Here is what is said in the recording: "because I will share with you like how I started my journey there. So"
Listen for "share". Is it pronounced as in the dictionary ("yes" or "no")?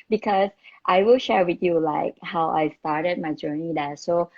yes